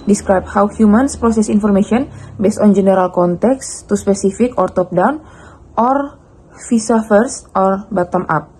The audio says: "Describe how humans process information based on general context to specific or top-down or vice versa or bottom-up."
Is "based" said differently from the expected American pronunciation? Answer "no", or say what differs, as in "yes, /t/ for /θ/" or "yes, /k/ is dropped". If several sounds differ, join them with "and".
no